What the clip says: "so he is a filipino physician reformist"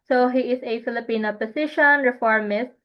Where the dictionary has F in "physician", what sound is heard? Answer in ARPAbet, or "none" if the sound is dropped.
P